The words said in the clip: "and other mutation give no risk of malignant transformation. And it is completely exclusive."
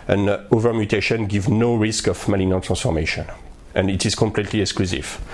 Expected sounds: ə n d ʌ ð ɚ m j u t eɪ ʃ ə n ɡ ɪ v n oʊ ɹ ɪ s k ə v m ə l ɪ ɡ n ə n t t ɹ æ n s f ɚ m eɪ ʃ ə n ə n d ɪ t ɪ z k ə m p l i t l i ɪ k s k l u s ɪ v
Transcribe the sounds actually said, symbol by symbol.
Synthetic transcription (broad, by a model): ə n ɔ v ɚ m j u t eɪ ʃ ə n ɡ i v n oʊ ɹ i s k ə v m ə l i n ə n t t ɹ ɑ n s f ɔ m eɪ ʃ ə n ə n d ɪ t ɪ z k ə m p l i t l i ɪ k s k l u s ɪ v